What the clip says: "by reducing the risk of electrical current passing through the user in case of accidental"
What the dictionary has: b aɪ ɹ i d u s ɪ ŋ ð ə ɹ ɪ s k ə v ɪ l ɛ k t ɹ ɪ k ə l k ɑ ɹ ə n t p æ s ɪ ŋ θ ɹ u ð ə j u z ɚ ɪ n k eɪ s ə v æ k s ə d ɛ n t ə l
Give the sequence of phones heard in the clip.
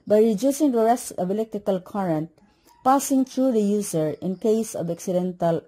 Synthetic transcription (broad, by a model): b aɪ ɹ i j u s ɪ ŋ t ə ɹ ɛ s ə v ɪ l ɛ k t ɹ ɪ k ə l k ɑ ɹ ə n t p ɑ s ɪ ŋ t ɹ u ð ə j u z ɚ ɪ n k eɪ s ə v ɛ k s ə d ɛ n t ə l